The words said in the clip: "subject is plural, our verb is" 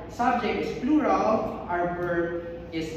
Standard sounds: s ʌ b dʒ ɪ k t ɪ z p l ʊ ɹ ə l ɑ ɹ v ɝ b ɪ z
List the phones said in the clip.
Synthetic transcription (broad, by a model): s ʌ b dʒ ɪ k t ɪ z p l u ɹ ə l ɑ ɹ b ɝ ɪ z